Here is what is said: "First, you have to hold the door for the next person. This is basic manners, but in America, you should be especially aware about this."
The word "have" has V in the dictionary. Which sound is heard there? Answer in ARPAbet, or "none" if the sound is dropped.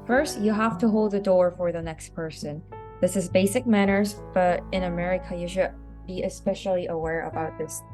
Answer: F